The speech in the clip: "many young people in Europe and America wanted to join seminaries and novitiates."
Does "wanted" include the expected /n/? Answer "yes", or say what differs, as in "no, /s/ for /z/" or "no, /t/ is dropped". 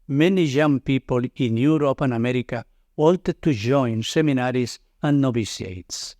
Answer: no, /l/ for /n/